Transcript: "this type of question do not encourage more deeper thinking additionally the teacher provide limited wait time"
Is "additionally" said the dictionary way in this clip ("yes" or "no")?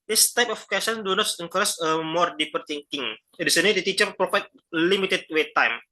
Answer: no